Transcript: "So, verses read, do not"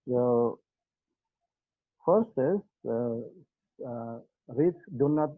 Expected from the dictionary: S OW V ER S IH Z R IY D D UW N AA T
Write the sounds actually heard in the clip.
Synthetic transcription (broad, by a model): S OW F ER S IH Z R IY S D UW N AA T